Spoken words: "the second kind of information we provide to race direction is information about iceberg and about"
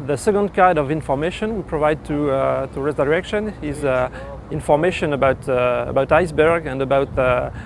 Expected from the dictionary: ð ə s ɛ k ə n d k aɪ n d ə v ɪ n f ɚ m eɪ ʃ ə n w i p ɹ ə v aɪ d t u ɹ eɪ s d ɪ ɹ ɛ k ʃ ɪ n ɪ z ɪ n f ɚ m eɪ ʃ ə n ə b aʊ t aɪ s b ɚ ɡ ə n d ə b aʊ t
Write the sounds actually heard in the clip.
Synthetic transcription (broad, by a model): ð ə s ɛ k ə n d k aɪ d ə v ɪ n f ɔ m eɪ ʃ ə n w i p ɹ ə v aɪ d t u ɹ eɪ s d ɪ ɹ ɛ k ʃ ɪ n ɪ z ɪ n f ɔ m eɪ ʃ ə n ə b aʊ t aɪ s b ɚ ɡ ə n d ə b aʊ t